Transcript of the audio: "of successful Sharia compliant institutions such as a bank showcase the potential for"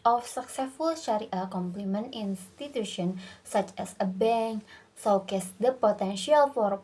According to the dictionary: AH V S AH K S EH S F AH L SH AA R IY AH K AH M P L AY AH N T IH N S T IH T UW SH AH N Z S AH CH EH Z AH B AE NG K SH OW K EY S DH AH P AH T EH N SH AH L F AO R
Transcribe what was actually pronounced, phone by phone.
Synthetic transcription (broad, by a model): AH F S AH K S EH S F AH L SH AA R IY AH K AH M P L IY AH N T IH N S T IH T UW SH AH N S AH CH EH S AH B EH NG K S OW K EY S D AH P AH T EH N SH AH L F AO R